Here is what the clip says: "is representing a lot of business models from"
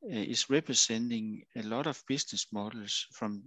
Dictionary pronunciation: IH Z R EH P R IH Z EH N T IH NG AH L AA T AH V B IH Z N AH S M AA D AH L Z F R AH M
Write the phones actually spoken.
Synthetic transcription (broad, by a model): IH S R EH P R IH S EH N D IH NG AH L AA T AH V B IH S N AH S M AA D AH L S F R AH M